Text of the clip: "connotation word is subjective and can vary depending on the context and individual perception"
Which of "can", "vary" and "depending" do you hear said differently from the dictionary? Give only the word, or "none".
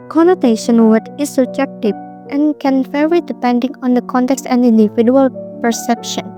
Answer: vary